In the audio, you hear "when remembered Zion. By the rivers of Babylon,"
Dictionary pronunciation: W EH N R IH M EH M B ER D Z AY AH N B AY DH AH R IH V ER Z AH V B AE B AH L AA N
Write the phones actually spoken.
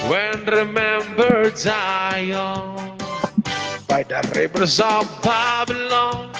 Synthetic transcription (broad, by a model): W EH N R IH M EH M B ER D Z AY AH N B AY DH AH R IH B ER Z AH V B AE B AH L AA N